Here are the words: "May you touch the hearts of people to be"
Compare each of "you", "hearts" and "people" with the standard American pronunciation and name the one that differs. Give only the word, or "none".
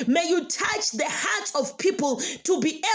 hearts